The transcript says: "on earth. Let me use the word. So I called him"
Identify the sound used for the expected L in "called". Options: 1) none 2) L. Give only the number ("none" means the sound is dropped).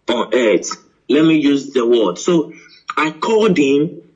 1